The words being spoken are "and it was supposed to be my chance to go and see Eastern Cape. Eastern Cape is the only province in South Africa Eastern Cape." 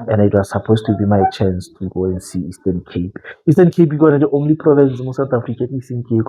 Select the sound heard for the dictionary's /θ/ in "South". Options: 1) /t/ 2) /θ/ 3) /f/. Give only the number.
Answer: 1